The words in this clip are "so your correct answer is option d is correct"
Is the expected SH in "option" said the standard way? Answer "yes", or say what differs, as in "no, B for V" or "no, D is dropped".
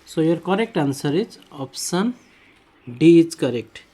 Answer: no, S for SH